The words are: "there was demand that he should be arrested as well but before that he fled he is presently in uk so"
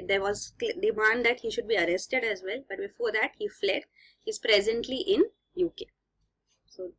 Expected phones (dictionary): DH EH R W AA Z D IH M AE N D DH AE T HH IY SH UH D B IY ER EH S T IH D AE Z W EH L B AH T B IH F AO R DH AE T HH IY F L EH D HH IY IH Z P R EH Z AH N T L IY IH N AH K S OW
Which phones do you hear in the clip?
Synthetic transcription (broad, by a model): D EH R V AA Z D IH M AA N D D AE T HH IY SH UH D B IY ER EH S T IH D AE Z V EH L B AH T B IH F AO R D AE T HH IY F L EH D HH IY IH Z P R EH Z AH N T L IY IH N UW K S OW